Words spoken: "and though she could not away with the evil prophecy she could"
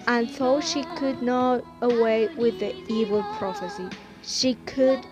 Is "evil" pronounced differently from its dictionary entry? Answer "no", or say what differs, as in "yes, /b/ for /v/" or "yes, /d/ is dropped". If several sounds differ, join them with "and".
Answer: no